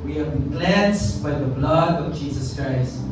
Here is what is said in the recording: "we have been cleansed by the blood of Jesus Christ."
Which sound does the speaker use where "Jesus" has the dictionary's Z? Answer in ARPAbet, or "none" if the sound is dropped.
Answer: Z